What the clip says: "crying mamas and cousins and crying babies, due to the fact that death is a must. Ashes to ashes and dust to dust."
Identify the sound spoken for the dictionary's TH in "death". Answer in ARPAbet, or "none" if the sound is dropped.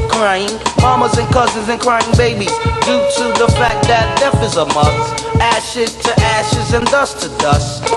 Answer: F